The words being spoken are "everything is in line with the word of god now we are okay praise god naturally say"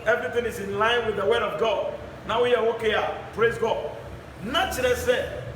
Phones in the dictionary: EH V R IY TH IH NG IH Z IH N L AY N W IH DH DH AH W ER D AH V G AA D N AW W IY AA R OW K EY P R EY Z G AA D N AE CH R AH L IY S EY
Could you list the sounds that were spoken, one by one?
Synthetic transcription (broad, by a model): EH V R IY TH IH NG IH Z IH N L AY N W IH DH DH AH W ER D AH V G AA D N AW W IY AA W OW K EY P R EY Z G AA D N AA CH AH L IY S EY